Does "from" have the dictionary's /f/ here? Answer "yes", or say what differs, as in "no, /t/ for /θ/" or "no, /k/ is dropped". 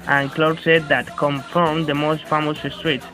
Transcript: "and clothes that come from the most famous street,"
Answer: yes